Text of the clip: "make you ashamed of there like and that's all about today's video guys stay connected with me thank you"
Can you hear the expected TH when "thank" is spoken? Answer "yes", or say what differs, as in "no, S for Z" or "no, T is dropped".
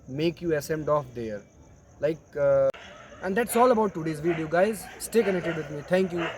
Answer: no, T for TH